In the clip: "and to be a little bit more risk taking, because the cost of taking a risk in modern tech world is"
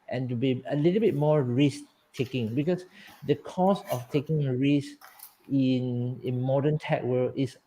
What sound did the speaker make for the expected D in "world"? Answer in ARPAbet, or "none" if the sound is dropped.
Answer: none